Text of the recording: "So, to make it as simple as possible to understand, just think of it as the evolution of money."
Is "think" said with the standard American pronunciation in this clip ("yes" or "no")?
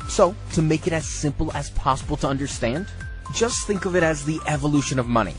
yes